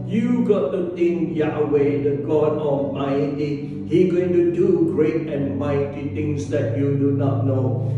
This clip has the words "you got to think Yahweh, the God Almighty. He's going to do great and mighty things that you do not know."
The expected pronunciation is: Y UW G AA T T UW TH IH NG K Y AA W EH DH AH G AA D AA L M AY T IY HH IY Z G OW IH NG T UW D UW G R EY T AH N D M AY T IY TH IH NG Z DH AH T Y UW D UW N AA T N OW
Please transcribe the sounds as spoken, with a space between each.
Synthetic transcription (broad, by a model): Y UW G AA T T UW T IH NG Y AA W EH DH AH G AA D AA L M AY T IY HH IY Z G OW IH NG T UW D UW G R EY T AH N M AY T IY T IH NG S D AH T Y UW D UW N AA T N OW